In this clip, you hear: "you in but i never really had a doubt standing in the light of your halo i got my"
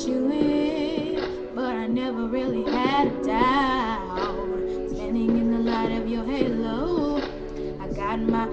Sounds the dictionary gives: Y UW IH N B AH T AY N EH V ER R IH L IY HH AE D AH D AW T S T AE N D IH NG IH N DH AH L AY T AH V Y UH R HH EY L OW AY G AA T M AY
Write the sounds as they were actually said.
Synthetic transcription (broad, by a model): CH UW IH B AH T AY N EH V ER R IH L IY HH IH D AH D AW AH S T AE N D IH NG IH N DH AH L AY T AH V Y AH R HH EY L OW AY G AA T M AY